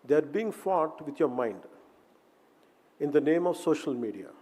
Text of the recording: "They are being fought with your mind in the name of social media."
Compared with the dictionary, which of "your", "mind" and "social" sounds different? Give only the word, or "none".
none